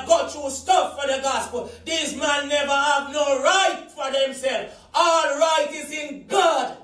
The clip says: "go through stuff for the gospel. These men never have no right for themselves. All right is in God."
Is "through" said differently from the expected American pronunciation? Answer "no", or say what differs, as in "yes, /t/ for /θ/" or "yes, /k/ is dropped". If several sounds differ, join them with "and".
yes, /t/ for /θ/